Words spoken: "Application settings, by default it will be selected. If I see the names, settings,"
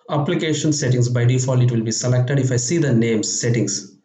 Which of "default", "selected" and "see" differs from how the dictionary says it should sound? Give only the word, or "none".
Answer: default